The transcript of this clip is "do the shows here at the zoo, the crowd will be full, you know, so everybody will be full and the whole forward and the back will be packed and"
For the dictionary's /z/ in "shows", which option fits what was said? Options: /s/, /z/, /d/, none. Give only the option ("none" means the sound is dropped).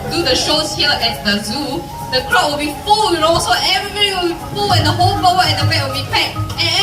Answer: /s/